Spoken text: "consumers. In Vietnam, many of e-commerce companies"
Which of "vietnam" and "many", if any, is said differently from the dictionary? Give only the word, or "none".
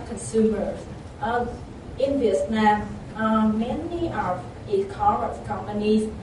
vietnam